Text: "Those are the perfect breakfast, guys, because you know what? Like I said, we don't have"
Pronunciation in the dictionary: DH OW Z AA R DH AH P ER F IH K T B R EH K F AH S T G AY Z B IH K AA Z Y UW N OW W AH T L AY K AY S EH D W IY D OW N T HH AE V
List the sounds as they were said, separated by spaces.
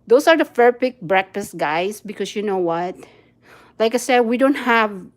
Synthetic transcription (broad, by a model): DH OW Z AA R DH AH F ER P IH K B R EH K F AH S T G AY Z B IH K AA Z Y UW N OW W AH T L AY K AY S EH D W IY D OW N T HH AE V